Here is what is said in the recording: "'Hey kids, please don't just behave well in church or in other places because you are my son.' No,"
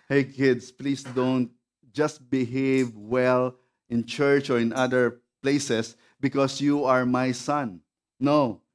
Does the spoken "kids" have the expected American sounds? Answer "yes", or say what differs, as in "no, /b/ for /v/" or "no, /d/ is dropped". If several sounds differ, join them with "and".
no, /s/ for /z/